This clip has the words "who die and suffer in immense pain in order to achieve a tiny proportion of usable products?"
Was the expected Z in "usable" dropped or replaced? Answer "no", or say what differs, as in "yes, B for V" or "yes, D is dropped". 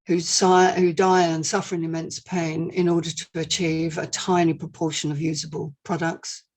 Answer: no